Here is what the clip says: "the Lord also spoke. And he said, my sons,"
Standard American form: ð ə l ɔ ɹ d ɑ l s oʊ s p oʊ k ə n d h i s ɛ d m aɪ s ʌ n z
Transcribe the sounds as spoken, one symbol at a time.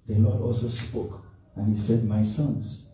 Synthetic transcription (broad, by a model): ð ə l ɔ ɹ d ɑ l s oʊ s p oʊ k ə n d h i s ɛ d m aɪ s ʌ n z